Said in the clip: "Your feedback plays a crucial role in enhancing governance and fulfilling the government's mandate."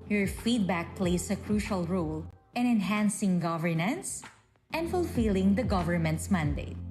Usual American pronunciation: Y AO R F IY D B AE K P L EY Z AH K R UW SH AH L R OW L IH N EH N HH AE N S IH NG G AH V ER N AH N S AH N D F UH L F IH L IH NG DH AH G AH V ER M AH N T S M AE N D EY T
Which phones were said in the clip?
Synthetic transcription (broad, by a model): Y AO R F IY D B AE K P L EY S AH K R UW SH AH L R OW L IH N EH N HH AE N S IH NG G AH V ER N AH N S AH N D F UH L F IH L IH NG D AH G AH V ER M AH N T S M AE N D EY T